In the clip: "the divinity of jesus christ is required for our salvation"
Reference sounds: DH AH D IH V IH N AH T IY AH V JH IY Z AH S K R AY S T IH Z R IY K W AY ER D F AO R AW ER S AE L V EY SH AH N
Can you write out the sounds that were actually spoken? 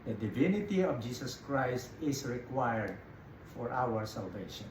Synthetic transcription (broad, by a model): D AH D IH V IH N AH T IY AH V JH IY S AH S K R AY S T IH S R IY K W AY ER D F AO R AW ER S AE L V EY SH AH N